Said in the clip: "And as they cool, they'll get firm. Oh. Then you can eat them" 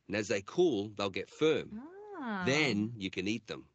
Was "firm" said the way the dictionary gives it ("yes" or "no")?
yes